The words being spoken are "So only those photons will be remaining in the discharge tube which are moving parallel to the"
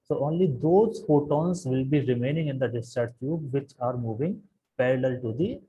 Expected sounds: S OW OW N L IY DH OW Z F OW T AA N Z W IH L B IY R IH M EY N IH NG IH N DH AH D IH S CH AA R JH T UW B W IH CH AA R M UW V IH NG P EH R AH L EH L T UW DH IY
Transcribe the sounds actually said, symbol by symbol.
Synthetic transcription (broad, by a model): S OW OW N L IY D OW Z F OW T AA N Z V IH L B IY R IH M EY N IH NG IH N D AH D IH S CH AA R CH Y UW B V IH CH AA R M UW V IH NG P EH R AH L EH L T UW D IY